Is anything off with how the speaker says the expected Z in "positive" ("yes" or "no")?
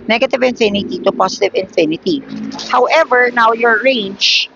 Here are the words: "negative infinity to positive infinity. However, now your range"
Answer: yes